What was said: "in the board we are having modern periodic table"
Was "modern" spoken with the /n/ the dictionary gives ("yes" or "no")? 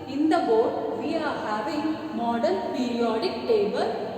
no